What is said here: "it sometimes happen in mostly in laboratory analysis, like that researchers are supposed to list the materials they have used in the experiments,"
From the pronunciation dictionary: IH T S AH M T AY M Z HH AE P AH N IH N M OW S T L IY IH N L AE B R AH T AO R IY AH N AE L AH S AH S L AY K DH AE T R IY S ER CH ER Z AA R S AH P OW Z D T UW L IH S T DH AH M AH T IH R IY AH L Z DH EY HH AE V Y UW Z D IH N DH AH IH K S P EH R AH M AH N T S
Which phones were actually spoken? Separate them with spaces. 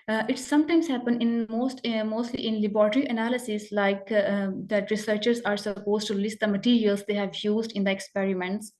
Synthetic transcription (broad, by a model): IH T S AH M T AY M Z HH AE P AH N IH N M OW S T L IY IH N L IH B R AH T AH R IY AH N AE L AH S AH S L AY K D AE T R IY S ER CH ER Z AA R S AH P OW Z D T UW L IH S T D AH M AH T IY R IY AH L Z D EY HH AE V Y UW Z D IH N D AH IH K S P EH R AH M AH N T S